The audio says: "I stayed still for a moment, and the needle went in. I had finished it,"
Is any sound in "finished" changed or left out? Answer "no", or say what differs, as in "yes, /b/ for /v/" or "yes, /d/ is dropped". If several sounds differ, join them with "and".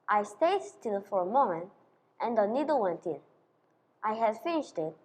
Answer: no